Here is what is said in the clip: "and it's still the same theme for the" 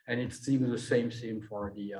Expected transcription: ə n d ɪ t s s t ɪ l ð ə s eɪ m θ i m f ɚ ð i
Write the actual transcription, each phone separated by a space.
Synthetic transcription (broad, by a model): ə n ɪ t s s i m ð ə s eɪ m s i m f ɚ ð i